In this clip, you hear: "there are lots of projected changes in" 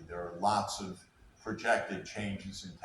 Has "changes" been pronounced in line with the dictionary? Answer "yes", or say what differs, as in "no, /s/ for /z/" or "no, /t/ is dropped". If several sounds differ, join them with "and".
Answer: yes